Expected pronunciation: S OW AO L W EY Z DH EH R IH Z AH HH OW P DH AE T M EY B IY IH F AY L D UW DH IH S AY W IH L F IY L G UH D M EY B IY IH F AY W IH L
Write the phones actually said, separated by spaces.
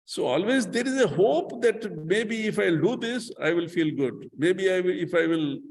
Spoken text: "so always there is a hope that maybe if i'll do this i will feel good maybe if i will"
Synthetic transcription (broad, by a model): S OW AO L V EY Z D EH R IH Z AH HH OW P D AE T M EY B IY IH F AY L D UW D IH S AY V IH L F IY L G UH D M EY B IY IH F AY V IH L